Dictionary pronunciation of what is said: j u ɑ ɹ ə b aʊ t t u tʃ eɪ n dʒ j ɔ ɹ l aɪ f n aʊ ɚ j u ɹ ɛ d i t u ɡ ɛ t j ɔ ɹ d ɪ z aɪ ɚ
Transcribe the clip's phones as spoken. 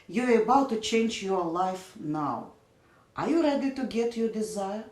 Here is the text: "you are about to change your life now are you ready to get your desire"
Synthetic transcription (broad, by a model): j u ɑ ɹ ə b aʊ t t u tʃ eɪ n dʒ j ɔ ɹ l aɪ f n aʊ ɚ j u ɹ ɛ d i t u ɡ ɛ t j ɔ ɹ d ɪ z aɪ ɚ